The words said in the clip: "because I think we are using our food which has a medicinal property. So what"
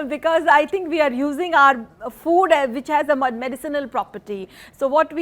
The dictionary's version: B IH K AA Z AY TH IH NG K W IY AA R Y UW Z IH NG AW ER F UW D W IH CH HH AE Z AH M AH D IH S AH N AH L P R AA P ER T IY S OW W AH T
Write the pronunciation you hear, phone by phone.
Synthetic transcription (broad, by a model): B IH K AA Z AY T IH NG K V IY AA R Y UW Z IH NG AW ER F UW D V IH CH HH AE Z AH M AH D IH S AH N AH L P R AA P ER T IY S OW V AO T